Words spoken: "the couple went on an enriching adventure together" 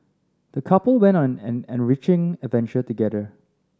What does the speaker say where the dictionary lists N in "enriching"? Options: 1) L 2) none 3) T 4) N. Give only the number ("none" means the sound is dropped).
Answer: 4